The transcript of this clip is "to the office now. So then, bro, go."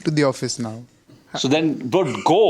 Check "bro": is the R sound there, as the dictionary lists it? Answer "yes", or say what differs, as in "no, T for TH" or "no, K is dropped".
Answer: no, R is dropped